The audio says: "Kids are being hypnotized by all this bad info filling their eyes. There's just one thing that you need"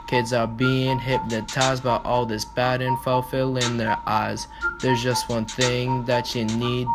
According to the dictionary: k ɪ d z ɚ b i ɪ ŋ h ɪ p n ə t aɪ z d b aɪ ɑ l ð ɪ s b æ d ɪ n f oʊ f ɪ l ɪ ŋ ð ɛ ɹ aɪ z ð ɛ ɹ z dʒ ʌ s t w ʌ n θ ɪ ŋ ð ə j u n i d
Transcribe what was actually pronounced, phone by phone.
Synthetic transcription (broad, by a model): k ɪ d z ɚ b i ɪ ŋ h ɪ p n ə t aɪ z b aɪ ɑ l ð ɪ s b æ d ɪ n f oʊ f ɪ l ɪ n ð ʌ ɹ aɪ z ð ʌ ɹ z dʒ ʌ s t w ʌ n θ ɪ ŋ ð ə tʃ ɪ n i d